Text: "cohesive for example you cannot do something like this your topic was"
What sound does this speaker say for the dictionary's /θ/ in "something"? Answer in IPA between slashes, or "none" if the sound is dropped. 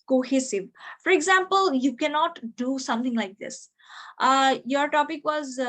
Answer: /t/